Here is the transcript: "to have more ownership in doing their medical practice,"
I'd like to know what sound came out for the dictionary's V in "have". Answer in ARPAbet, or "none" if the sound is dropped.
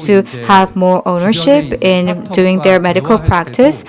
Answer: V